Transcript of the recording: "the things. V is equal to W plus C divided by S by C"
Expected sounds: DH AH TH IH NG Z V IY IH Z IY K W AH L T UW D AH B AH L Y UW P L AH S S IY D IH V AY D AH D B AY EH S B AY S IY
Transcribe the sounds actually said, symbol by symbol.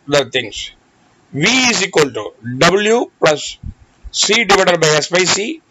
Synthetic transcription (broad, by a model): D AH T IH NG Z V IY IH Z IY K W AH L T UW D AH B AH L Y UW P L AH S S IY D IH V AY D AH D B AY EH S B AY S IY